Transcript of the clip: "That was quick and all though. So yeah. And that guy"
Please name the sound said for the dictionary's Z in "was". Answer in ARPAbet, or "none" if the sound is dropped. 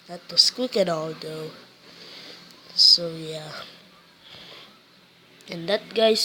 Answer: S